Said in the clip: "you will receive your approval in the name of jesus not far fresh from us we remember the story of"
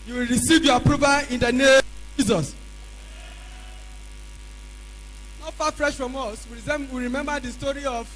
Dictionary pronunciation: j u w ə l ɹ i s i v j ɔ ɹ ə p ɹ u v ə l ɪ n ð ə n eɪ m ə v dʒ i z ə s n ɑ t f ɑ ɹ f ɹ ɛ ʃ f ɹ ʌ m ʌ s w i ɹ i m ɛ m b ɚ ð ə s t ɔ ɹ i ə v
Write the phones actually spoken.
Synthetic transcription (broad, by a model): j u w ə l ɹ i s i v j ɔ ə p ɹ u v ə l ɪ n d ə n eɪ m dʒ i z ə s n ɑ t f ɑ f ɹ ɛ ʃ f ɹ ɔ m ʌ s w i ɹ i m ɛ m b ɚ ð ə s t ɔ ɹ i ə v